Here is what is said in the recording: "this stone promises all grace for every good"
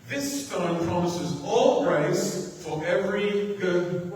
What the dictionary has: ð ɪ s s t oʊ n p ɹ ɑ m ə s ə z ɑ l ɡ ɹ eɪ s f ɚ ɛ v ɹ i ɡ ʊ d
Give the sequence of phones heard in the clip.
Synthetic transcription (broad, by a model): ð ɪ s s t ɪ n p ɹ ɑ m ə s ə z ɑ l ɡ ɹ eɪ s f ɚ ɛ v ɹ i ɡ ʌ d